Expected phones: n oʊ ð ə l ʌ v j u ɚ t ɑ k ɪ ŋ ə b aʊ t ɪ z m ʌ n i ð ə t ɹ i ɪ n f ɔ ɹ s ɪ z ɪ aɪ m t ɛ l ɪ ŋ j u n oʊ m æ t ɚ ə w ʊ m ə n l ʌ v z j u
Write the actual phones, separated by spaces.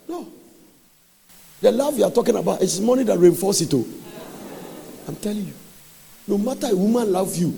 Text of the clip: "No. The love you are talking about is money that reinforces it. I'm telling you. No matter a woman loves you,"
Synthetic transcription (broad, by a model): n oʊ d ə l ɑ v j u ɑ t ɑ k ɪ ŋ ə b aʊ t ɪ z m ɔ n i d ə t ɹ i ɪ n f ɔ s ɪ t ɪ aɪ m t ɛ l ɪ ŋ j u n oʊ m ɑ t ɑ ə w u m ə n l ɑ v j u